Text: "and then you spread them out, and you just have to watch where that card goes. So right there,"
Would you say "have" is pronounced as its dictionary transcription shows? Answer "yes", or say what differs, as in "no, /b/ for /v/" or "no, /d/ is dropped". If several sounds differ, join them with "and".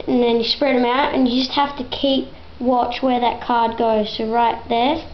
no, /f/ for /v/